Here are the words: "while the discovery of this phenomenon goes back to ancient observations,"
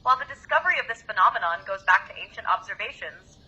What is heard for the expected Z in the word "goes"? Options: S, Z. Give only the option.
Z